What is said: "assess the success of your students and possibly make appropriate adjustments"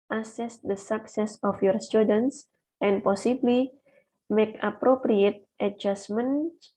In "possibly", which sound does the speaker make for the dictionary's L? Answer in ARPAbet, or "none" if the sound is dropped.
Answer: L